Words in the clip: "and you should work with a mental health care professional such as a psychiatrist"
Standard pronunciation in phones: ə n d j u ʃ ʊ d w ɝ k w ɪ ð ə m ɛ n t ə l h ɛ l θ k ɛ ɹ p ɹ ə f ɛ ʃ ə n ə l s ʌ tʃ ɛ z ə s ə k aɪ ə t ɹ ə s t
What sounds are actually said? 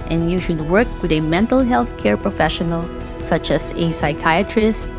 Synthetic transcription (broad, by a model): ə n j u ʃ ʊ d w ɝ k w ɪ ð ə m ɛ n t ə l h ɛ l θ k ɛ ɹ p ɹ ə f ɛ ʃ ə n ə l s ʌ tʃ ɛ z ə s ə k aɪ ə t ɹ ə s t